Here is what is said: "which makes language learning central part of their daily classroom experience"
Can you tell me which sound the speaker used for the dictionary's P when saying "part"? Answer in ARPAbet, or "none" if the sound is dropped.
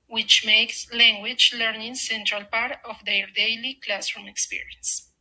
P